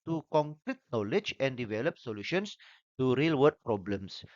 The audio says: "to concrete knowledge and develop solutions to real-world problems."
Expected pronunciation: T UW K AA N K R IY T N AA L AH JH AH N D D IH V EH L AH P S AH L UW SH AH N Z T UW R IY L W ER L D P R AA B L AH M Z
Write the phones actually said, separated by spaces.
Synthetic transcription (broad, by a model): T UW K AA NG K R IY T N AA L AH JH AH N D D IH V EH L AH P S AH L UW SH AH N S T UW R IY L W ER D P R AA B L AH M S